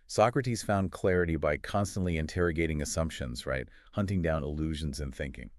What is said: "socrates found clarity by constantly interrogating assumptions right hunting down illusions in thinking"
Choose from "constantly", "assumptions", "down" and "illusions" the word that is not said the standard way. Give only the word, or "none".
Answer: none